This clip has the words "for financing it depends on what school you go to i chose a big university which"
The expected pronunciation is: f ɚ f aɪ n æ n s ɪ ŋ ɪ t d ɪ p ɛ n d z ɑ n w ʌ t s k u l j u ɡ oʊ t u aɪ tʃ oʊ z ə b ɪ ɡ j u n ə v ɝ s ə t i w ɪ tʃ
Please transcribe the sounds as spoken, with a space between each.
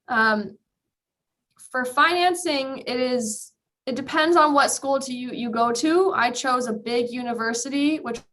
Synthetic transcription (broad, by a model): f ɚ f aɪ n æ n s ɪ ŋ ɪ t d ɪ p ɛ n d z n w ʌ t s k u l j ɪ ɡ oʊ t u aɪ tʃ oʊ z ə b ɪ ɡ j u n ə v ɝ s ə t i w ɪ tʃ